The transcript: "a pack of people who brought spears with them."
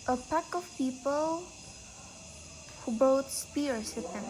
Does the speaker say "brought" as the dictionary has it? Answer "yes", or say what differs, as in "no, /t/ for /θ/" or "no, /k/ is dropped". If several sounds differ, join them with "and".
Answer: no, /ɹ/ is dropped